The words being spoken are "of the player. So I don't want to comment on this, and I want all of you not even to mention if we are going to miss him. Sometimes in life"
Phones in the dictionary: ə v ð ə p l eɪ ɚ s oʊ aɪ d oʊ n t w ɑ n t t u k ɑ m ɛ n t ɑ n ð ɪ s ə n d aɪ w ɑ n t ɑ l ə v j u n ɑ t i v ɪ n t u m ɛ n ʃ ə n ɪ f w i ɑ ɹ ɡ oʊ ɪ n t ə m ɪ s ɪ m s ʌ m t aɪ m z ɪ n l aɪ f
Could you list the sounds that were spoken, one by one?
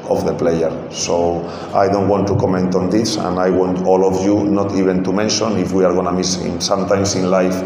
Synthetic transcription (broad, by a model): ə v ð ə p l eɪ ɚ s oʊ aɪ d oʊ n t w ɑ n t t u k ɑ m ɛ n t ɑ n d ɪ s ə n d aɪ w ɑ n t ɑ l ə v j u n ɑ t i b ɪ n t u m ɛ n ʃ ə n ɪ f w i ɑ ɹ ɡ oʊ n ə m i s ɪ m s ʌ m t aɪ m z ɪ n l aɪ f